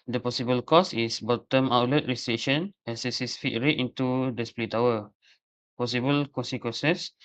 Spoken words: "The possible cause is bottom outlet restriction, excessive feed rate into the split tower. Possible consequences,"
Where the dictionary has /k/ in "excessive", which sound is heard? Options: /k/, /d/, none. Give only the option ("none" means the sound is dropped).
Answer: none